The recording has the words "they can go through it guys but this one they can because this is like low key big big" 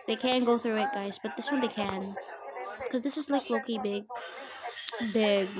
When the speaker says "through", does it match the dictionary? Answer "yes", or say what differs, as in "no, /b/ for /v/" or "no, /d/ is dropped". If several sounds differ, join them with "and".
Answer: yes